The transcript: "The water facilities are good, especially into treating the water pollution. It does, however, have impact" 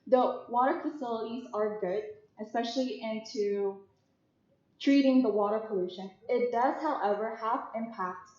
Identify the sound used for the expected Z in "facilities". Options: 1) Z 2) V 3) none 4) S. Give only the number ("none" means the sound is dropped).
1